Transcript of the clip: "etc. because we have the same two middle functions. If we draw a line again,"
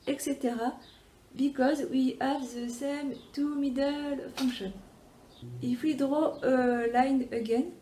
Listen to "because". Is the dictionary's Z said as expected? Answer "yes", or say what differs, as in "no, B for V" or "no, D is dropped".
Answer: yes